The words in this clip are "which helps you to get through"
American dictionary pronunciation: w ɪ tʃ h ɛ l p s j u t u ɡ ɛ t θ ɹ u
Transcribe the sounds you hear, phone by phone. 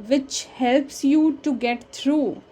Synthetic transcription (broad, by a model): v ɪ tʃ h ɛ l p s j u t u ɡ ɛ t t ɹ u